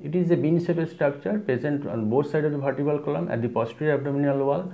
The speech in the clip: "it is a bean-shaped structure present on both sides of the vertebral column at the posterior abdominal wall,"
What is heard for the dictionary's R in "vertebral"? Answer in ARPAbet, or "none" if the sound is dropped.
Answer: none